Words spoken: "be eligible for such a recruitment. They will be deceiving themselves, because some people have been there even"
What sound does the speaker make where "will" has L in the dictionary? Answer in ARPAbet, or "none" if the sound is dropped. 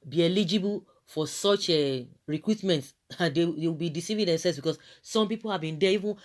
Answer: W